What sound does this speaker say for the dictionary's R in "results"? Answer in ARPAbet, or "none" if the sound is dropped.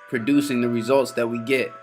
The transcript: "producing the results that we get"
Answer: R